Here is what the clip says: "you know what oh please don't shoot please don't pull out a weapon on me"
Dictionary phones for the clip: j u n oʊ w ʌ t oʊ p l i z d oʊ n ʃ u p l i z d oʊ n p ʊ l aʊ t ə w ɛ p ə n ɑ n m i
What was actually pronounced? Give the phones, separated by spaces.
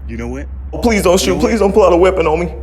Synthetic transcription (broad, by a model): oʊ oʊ p l i z d oʊ n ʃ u p l i z d oʊ n p ʊ l aʊ t ə w ɛ p ə n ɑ m i